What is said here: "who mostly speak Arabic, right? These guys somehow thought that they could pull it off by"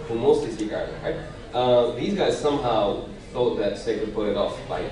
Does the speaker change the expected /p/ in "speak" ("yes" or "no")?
yes